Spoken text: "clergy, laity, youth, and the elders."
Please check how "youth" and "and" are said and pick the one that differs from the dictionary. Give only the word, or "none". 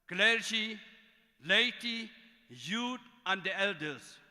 youth